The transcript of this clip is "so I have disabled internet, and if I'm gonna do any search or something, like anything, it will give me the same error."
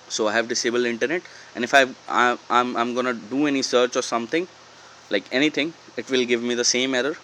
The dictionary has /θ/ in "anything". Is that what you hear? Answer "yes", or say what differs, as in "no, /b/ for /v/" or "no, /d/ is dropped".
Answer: no, /t/ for /θ/